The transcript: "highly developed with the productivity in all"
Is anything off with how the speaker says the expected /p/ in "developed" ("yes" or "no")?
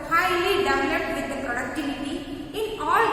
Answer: yes